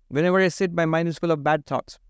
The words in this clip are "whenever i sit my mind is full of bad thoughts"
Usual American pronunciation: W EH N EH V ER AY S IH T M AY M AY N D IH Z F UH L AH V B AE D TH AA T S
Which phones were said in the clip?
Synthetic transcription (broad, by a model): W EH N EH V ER AY S IH T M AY M AY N IH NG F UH L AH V B AE D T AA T S